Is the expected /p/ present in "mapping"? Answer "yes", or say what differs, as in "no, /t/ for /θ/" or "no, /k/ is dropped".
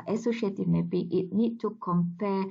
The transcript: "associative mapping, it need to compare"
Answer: no, /b/ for /p/